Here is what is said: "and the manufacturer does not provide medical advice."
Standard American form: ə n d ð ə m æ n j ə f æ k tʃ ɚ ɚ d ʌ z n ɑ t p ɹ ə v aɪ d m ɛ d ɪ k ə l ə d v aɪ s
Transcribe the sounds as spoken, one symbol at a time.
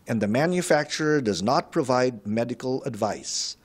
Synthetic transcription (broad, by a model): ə n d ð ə m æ n j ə f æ k tʃ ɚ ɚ d ʌ z n ɑ t p ɹ ə v aɪ d m ɛ d ɪ k ə l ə d v aɪ s